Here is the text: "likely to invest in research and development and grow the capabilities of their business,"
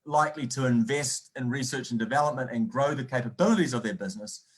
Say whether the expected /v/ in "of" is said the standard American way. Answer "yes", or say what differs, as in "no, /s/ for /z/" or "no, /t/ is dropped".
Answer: yes